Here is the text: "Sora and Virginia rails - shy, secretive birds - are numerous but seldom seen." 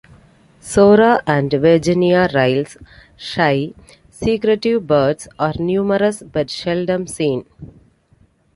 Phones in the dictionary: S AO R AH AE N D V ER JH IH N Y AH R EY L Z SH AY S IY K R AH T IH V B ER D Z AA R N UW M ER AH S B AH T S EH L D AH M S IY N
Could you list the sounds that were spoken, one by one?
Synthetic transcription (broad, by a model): S AO R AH AE N D V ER JH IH N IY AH R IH L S SH AY S IY K R AH T IH V B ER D S AA R N UW M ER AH S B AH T SH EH L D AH M S IY N